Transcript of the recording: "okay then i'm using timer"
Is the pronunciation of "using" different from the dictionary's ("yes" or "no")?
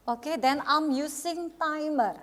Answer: yes